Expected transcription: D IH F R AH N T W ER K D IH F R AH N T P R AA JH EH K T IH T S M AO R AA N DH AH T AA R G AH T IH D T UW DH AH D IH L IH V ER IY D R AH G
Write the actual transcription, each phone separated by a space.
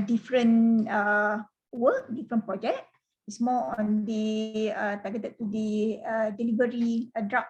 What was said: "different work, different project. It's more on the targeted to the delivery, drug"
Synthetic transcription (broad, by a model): D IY F R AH N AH W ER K D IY F R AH N P R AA JH EH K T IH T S M AO L AA N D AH T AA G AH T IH T UW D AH D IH L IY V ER IY D R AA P